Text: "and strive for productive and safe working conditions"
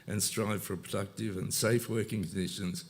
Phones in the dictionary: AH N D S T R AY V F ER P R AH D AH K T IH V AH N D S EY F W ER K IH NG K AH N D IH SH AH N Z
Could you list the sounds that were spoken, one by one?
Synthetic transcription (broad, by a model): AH N S T R AY V F ER P R AH D AH K T IH V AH N S EY F W ER K IH NG K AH N D IH SH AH N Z